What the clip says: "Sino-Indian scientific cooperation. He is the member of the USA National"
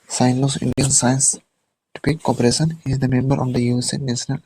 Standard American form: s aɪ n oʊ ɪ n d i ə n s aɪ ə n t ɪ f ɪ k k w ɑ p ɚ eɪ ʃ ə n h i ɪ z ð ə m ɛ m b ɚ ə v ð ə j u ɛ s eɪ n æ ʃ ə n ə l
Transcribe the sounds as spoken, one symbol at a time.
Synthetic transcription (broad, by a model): s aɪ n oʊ ɪ n d i ə n s aɪ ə n t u p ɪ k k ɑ p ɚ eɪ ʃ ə n h i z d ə m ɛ m b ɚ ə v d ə j u ɛ s eɪ n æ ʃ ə n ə l